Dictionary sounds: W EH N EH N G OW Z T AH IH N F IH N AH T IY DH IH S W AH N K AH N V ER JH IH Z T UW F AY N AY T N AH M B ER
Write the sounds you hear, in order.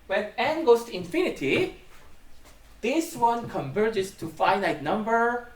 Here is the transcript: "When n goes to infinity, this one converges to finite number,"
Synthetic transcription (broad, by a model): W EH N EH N G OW S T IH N F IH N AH T IY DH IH S W AH N K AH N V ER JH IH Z T UW F AY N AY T N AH M B ER